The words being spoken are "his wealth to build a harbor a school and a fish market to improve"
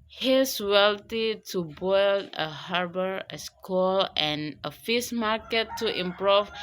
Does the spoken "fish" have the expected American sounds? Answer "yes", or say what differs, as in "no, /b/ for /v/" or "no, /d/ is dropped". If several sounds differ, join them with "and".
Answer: no, /s/ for /ʃ/